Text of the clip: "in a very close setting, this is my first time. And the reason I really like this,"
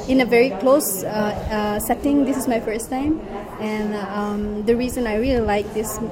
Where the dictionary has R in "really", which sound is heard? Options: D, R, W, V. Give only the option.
R